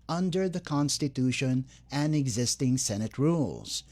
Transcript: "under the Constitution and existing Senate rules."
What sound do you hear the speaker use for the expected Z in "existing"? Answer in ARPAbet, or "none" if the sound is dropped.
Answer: Z